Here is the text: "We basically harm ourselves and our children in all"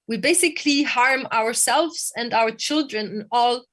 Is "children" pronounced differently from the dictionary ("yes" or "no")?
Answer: no